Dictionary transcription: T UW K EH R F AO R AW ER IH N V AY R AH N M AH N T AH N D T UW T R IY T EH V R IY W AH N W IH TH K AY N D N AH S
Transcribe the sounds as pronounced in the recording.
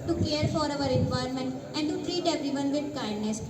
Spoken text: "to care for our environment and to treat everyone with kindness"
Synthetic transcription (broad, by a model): T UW K EH R F AO R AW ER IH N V AY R M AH N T AH N D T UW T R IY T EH P R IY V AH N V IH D K AY N D N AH S